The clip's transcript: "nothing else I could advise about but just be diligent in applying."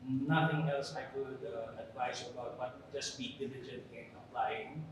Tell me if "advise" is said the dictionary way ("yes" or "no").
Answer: no